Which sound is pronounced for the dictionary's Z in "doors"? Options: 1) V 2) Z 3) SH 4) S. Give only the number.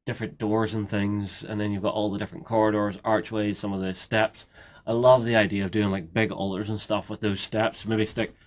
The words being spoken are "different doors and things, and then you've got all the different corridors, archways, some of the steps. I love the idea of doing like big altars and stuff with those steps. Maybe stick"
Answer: 2